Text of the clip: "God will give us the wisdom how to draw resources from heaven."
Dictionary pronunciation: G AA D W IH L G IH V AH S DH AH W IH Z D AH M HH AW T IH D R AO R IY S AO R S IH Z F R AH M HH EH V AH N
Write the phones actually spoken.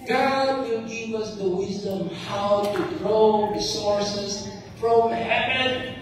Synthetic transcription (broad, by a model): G AA D W IH L G IH V AH S DH AH W IH Z D AH M HH AW T IH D R AO R IY S AO R S IH Z F R AH M HH EH V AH N